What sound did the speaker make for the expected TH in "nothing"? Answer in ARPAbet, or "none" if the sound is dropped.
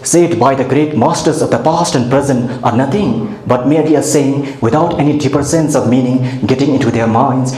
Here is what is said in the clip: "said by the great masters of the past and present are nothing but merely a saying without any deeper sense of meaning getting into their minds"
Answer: T